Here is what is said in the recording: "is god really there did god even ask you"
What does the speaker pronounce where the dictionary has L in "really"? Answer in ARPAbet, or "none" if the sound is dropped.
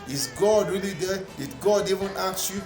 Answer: L